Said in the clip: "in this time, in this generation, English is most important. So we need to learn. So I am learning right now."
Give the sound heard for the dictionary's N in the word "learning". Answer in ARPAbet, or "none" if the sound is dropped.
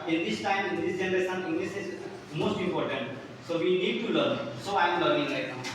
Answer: none